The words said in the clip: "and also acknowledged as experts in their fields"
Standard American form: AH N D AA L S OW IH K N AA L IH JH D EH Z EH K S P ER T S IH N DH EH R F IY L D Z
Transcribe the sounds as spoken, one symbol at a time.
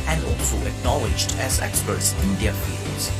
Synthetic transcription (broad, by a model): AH N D AA L S OW IH K N AA L IH JH D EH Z EH K S P ER T S IH N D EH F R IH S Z